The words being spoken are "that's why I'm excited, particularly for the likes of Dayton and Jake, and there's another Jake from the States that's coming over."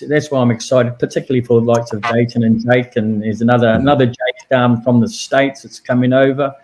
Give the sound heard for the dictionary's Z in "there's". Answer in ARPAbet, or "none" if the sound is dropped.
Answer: none